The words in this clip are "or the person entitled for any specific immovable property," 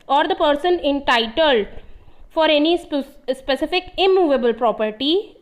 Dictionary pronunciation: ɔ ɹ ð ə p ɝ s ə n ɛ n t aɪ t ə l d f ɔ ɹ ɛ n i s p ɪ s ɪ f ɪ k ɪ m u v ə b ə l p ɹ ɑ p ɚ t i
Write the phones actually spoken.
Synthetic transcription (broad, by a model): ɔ ɹ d ə p ɝ s ə n ɛ n t aɪ t ə l d f ɔ ɹ ɛ n i s p ɪ s ɪ f ɪ k ɪ m u v ə b ə l p ɹ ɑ p ɚ t i